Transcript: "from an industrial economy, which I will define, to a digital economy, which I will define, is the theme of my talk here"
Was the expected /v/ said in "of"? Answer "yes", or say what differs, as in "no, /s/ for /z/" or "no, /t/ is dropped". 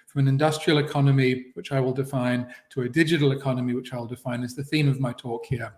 yes